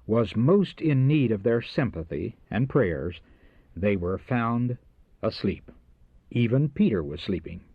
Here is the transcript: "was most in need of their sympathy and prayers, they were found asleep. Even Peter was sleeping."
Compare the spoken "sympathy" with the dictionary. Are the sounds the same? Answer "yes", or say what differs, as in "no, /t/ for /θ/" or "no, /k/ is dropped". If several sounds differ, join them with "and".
yes